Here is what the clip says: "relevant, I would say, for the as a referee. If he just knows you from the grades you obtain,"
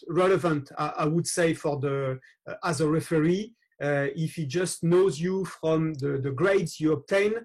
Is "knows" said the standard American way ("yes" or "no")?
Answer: yes